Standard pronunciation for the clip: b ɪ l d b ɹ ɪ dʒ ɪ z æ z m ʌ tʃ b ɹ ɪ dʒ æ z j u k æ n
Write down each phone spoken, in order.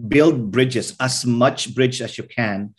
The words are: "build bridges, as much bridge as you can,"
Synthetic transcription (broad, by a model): b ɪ l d b ɹ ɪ dʒ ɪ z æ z m ʌ tʃ b ɹ ɪ dʒ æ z j u k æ n